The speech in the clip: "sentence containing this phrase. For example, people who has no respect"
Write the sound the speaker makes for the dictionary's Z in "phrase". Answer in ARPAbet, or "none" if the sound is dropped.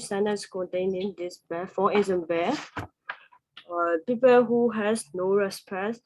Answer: none